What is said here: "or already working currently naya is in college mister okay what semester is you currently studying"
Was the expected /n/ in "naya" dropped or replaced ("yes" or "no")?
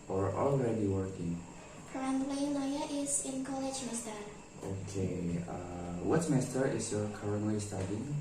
yes